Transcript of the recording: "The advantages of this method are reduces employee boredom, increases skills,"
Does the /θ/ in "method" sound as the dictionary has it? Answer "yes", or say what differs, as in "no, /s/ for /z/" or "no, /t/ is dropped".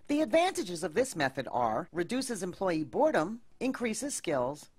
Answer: yes